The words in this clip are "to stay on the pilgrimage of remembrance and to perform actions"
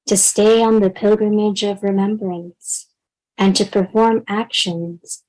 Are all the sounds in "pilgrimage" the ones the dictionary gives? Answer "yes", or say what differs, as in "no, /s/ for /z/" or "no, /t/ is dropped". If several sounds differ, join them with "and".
yes